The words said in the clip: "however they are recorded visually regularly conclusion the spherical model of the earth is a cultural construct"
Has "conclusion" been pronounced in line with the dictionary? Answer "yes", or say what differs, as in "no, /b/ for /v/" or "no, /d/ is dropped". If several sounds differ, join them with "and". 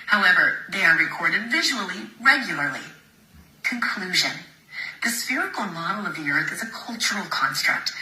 yes